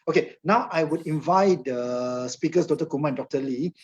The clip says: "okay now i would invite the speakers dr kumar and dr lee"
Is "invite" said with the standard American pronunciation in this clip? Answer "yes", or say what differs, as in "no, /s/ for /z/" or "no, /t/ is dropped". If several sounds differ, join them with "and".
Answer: yes